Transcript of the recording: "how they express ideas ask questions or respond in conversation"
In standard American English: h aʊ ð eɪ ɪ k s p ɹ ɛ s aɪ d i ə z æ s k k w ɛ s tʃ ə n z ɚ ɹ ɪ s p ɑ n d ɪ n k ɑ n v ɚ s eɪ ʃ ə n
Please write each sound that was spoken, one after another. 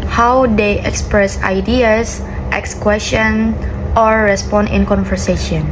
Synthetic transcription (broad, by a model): h aʊ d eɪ ɪ k s p ɹ ɛ s aɪ d i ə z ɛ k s k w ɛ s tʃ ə n ɔ ɹ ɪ s p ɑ n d ɪ n k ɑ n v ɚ s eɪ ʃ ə n